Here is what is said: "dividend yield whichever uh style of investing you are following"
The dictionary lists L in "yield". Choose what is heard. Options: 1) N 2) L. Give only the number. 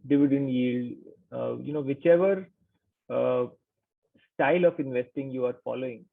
2